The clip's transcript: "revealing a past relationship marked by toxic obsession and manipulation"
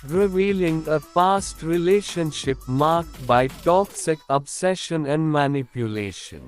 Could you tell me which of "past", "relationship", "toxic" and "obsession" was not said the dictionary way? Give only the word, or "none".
past